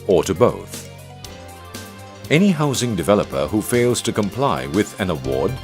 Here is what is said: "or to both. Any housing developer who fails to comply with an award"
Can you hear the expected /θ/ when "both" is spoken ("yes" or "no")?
yes